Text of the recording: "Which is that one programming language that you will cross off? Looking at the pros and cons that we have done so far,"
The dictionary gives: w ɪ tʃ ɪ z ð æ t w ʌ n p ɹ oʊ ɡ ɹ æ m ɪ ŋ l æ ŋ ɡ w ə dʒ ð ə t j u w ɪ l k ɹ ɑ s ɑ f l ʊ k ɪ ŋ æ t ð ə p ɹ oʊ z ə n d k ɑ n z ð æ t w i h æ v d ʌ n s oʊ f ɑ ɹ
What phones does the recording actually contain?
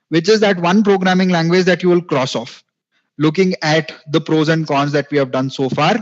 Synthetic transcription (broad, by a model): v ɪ tʃ ɪ z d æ t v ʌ n p ɹ oʊ ɡ ɹ æ m ɪ ŋ l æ ŋ ɡ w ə dʒ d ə t j u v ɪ l k ɹ ɑ s ɑ f l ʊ k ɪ ŋ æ t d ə p ɹ oʊ z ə n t k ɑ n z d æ t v i h æ v d ʌ n s oʊ f ɑ ɹ